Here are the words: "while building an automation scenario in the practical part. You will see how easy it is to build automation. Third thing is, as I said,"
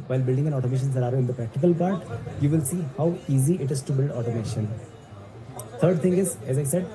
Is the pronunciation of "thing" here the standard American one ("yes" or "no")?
no